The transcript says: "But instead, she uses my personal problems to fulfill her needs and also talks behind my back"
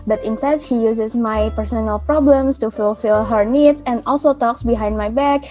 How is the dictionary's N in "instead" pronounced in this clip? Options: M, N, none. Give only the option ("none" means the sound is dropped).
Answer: N